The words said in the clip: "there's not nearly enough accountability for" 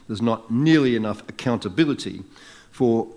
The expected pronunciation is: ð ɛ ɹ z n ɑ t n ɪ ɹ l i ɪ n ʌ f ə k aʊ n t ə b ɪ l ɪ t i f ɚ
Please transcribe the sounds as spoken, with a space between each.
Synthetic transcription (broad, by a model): ð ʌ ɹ z n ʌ t n ɪ ɹ l i ɪ n ʌ f ə k aʊ n t ə b ɪ l ɪ t i f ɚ